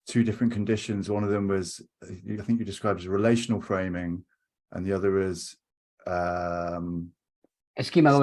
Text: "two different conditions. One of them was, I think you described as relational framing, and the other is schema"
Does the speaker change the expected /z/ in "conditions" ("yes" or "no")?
no